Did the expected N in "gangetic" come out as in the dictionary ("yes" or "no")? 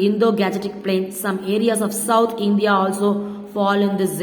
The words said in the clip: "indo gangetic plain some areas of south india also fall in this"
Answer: no